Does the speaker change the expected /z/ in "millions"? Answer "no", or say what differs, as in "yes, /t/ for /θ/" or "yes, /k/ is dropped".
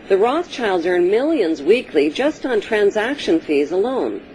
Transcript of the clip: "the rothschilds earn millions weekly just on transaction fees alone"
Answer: no